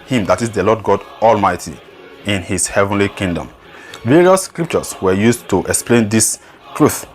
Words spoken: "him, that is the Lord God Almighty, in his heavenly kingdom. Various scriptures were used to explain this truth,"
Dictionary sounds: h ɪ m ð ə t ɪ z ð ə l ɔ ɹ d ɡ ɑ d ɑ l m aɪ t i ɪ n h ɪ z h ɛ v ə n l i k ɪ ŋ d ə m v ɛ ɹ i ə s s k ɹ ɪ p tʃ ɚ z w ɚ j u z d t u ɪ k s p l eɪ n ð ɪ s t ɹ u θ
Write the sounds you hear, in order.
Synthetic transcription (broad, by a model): h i m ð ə t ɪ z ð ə l ɔ d ɡ ɑ d ɑ l m aɪ t i ɪ n h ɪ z h ɛ v ə n l i k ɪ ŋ d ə m v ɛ ɹ i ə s s k ɹ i p tʃ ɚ s w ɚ j u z t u ɪ k s p l eɪ n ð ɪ s t ɹ u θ